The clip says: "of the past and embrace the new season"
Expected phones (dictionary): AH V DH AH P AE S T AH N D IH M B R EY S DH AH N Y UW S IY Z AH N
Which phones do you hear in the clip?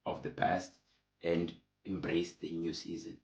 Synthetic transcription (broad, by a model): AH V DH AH P AE S T AH N D IH M B R EY S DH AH N Y UW S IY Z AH N